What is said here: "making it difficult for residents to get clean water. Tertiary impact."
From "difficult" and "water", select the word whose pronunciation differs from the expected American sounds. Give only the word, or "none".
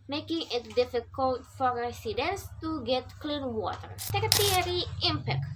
none